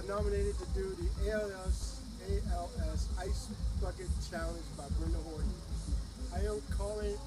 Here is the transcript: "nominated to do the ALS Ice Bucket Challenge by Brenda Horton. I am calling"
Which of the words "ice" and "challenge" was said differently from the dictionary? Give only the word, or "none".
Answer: none